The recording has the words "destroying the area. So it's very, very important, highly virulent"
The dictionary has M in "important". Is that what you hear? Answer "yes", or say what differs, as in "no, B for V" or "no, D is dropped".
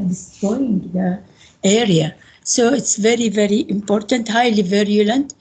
yes